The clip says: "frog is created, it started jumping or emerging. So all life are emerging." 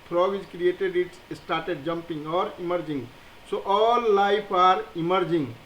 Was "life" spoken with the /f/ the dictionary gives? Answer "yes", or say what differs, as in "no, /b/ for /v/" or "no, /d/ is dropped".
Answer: no, /p/ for /f/